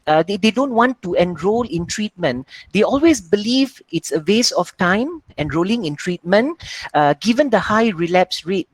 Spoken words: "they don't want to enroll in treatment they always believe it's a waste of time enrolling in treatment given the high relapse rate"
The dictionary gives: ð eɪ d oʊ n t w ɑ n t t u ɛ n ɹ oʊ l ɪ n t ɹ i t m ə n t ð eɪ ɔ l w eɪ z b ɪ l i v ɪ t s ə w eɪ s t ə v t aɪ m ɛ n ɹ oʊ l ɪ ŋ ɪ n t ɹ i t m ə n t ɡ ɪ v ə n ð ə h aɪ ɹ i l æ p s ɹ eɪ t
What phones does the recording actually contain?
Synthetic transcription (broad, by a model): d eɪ d oʊ n t w ɑ n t t u ɛ n ɹ oʊ l ɪ n t ɹ i t m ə n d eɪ ɔ l w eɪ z b ɪ l i v ɪ t s ə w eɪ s ə f t aɪ m ɛ n ɹ oʊ l ɪ ŋ ɪ n t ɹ i t m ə n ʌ ɡ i v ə n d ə h aɪ ɹ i l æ p s ɹ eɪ t